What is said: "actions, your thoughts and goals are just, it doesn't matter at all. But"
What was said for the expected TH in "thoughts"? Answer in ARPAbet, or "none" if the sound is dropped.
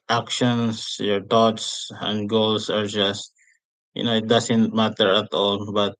T